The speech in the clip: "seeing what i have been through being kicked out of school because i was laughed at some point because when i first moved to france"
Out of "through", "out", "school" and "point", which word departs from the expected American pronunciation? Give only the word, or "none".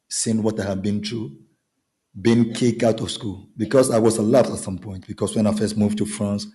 through